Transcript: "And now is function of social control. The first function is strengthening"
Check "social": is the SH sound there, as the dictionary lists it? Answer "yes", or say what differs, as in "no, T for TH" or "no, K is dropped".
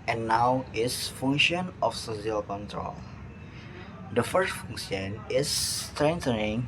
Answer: no, S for SH